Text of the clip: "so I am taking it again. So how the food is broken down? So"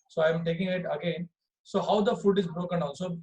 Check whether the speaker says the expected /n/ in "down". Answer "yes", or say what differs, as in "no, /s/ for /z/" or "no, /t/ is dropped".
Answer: no, /l/ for /n/